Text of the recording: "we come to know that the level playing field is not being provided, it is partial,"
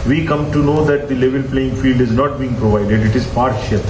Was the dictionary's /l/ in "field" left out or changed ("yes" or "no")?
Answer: no